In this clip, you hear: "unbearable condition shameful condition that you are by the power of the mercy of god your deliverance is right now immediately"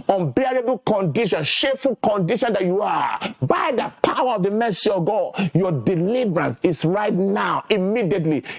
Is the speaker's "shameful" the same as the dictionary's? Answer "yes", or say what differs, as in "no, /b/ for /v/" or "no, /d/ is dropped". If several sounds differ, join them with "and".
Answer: no, /m/ is dropped